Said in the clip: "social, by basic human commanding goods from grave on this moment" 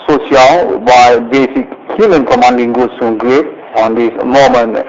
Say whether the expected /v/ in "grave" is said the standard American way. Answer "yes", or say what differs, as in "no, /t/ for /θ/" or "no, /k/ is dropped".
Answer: no, /p/ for /v/